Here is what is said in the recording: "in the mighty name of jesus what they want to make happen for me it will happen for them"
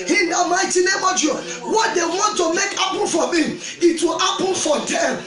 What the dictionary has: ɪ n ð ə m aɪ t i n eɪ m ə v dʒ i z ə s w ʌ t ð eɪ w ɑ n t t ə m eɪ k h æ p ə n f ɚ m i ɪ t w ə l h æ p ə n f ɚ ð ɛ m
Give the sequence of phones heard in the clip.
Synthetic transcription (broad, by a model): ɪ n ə m aɪ t i n eɪ m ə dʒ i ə w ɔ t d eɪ w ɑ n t t ə m eɪ k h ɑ p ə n f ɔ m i ɪ t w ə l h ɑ p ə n f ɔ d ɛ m